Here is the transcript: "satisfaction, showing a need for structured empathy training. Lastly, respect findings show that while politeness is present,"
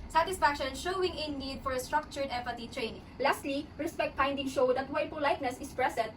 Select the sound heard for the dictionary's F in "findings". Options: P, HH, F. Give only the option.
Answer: P